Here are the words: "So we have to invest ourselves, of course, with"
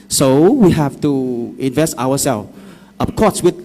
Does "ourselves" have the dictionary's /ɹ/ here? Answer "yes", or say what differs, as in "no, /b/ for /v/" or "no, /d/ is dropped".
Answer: no, /w/ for /ɹ/